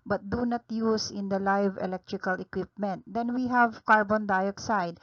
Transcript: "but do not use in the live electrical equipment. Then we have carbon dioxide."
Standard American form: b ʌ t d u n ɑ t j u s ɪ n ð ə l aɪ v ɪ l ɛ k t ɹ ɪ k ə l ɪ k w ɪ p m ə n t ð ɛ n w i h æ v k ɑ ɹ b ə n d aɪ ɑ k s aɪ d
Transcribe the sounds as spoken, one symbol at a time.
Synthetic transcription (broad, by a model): b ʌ t d u n ɑ t j u s ɪ n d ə l aɪ v ɪ l ɛ k t ɹ ɪ k ə l ɪ k w ɪ p m ə n t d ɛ n w i h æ v k ɑ ɹ b ə n d aɪ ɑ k s aɪ d